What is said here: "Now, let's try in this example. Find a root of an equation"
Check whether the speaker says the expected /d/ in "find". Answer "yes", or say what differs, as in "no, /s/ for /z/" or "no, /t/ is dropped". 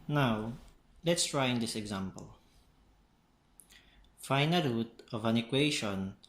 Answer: no, /d/ is dropped